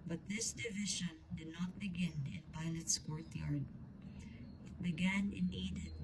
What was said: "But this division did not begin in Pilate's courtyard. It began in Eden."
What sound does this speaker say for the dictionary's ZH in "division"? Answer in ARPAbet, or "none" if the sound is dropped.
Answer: SH